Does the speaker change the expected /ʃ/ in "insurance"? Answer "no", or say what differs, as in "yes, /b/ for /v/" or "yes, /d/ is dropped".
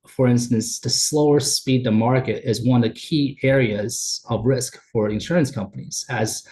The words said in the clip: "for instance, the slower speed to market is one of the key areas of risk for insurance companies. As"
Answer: no